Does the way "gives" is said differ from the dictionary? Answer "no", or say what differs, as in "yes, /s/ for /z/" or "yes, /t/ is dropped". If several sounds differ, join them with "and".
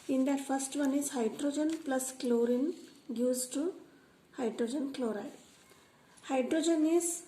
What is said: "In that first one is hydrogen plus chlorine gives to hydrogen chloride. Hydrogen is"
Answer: yes, /v/ is dropped